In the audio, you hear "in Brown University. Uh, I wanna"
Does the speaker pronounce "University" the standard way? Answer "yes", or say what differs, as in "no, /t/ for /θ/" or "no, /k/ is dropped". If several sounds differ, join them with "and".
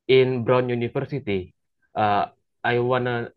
no, /f/ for /v/